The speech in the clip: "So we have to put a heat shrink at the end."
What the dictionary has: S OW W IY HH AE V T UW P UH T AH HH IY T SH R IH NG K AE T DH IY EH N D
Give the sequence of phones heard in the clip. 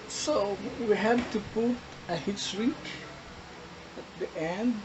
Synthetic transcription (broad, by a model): S OW W IY HH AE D T UW P UH T AH HH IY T S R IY K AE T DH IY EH N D